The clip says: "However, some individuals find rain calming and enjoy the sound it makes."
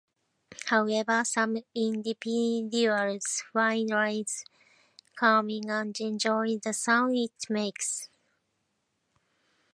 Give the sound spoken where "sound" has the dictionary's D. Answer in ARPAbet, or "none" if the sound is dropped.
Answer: none